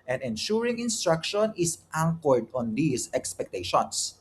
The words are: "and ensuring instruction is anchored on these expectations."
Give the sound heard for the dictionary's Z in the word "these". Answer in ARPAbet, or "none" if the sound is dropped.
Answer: S